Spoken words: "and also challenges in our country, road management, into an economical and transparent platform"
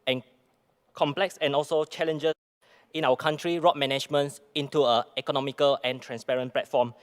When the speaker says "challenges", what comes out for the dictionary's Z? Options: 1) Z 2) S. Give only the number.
2